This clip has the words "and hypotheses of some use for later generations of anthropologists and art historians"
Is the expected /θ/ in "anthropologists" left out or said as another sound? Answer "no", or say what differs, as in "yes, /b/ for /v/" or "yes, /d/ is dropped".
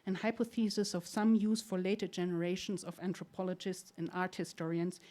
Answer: yes, /t/ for /θ/